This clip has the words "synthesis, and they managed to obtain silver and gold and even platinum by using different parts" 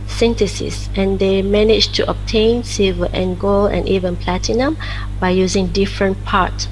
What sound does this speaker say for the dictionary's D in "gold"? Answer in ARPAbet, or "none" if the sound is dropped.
none